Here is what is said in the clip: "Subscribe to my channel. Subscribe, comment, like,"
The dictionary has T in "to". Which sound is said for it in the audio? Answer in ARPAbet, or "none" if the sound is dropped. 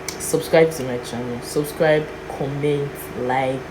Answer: S